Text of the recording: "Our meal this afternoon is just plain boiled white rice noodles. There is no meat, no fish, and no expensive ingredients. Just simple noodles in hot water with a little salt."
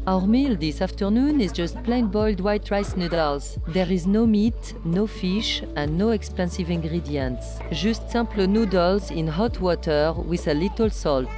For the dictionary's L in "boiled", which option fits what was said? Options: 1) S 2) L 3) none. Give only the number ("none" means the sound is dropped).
2